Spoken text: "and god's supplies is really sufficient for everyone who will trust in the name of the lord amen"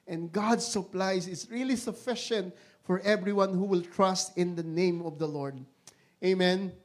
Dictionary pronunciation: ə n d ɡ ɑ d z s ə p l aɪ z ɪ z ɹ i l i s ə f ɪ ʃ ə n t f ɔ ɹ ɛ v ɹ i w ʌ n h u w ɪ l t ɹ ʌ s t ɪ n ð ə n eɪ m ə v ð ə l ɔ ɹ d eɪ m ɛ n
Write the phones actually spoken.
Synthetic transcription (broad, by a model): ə n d ɡ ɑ d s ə p l aɪ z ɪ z ɹ i l i s ə f ɪ ʃ ə n t f ɔ ɹ ɛ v ɹ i w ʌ n h u w ɪ l t ɹ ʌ s t ɪ n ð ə n eɪ m ə v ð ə l ɔ ɹ d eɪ m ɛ n